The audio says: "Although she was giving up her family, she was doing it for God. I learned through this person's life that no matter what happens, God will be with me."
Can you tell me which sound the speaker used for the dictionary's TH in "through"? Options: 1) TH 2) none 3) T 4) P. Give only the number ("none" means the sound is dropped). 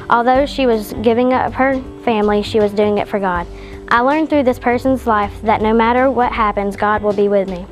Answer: 1